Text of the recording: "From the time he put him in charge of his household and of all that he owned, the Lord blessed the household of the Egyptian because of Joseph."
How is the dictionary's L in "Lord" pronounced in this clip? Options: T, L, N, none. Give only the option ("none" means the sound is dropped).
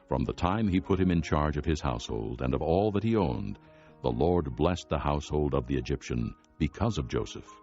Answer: L